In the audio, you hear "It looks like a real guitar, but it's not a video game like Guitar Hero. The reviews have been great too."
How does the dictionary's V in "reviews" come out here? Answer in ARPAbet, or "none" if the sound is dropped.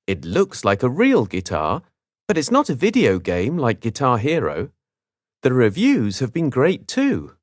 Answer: V